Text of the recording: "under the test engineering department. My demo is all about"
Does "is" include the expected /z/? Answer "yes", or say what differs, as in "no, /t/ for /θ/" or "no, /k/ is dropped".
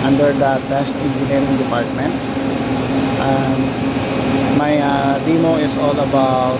no, /s/ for /z/